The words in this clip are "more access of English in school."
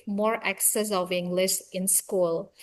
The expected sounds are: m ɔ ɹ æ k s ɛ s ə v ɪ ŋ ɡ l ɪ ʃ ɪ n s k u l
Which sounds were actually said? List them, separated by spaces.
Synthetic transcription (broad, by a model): m ɔ ɹ æ k s ɛ s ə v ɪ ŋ ɡ l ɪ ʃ ɪ n s k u l